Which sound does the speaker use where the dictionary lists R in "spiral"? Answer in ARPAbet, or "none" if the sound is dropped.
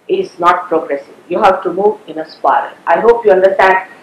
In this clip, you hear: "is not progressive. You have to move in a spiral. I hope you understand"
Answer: none